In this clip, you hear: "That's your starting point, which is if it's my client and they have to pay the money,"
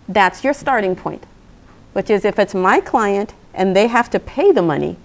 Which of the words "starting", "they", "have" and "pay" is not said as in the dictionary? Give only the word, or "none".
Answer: have